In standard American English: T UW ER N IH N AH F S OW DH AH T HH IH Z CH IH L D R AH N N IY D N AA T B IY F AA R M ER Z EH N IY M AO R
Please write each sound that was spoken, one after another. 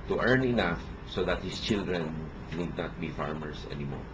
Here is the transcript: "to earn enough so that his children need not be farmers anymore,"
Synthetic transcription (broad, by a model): T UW ER N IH N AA F S OW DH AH T HH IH S CH IH L D R AH N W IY D N AA T B IY F AA R M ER S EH N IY M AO R